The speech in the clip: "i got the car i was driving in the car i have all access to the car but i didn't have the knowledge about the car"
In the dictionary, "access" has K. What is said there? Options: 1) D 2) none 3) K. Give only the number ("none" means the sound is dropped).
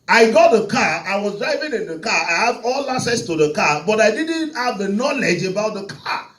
2